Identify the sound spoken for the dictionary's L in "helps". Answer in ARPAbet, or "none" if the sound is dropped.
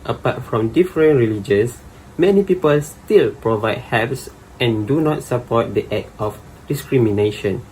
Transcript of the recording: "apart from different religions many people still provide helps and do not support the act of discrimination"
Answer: none